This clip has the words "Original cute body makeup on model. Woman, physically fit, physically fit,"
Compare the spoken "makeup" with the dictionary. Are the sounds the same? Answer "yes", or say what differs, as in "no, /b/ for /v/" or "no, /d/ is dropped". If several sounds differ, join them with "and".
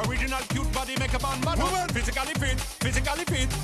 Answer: no, /b/ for /p/